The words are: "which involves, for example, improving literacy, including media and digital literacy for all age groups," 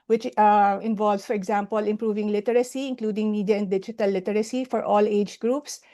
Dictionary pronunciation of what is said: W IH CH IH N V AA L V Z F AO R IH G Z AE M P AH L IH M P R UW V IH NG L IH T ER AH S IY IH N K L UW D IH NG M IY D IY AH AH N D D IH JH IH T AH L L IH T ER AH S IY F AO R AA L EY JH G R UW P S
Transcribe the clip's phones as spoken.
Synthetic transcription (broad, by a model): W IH CH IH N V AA L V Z F AO R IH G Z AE M P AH L IH M P R UW V IH NG L IH T ER AH S IY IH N K L UW D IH NG M IY D IY AH AH N D D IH JH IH T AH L L IH T ER AH S IY F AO R AA L EY JH G R UW P S